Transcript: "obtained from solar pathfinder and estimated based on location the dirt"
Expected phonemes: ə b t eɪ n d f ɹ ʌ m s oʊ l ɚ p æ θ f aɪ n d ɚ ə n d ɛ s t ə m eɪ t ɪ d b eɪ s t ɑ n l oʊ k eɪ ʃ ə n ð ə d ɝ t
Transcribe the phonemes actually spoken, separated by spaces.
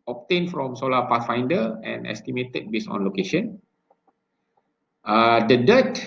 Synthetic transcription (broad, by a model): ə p t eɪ n f ɹ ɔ m s oʊ l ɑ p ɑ s f aɪ n d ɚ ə n ɛ s t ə m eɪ t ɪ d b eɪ s ɑ n l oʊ k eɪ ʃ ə n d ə d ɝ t